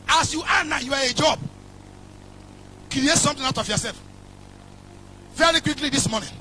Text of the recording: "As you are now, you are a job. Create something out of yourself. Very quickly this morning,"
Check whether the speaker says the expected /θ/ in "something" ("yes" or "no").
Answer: no